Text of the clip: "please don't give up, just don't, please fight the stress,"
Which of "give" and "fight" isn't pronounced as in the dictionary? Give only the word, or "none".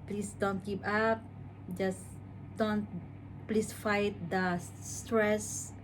give